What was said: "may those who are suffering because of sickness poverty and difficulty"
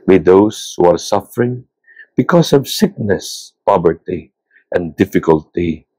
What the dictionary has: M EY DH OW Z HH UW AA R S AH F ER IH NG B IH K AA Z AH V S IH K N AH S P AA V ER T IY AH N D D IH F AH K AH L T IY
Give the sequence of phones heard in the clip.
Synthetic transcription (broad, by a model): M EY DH OW S HH UW AA R S AH F ER IH NG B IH K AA S AH V S IH K N AH S P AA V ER T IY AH N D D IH F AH K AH L T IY